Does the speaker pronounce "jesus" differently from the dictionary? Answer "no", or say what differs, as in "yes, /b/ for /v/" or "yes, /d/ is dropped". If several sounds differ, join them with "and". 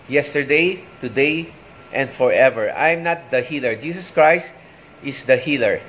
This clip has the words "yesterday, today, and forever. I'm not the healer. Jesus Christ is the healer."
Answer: yes, /s/ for /z/